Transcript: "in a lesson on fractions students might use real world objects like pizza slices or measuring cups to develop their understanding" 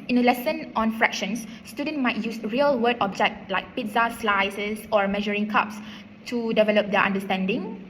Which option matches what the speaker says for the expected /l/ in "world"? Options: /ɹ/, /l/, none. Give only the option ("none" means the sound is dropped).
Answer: none